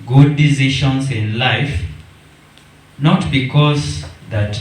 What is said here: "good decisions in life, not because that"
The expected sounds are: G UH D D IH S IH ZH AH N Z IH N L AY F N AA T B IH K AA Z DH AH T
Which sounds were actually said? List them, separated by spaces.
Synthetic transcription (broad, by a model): G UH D D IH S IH SH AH N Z IH N L AY F N AA T B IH K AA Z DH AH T